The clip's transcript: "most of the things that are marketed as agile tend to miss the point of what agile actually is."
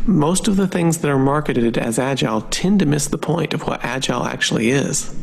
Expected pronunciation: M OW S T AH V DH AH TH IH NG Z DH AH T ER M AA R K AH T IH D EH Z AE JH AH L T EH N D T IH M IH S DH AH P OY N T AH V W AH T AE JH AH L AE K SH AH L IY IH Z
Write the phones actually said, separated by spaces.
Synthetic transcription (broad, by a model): M OW S T AH V DH AH TH IH NG Z DH AH T ER M AA R K AH T IH D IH Z AE JH AH L T EH N T IH M IH S DH AH P OY N T AH V W AH T AE JH AH L AE K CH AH L IY IH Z